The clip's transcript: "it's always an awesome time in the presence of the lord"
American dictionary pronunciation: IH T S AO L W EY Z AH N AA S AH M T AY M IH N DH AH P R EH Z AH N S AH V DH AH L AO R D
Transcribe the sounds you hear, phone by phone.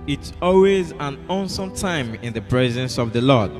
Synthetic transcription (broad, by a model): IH T S AO L W EY Z AH N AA S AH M T AY M IH N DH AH P R EH Z AH N S AH V DH AH L AO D